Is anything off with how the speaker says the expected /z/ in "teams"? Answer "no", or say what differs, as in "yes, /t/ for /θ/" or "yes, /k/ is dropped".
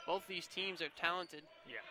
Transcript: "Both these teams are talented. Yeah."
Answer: no